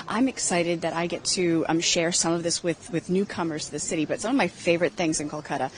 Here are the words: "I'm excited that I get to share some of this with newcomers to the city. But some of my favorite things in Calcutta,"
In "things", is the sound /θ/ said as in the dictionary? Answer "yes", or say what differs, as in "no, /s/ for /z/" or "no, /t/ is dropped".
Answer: yes